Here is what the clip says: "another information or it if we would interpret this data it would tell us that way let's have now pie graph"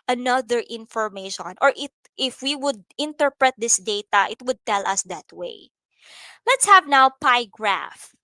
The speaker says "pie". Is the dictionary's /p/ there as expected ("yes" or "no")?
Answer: yes